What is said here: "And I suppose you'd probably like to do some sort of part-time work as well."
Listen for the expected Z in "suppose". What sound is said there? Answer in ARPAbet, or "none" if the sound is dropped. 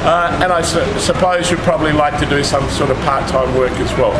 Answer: Z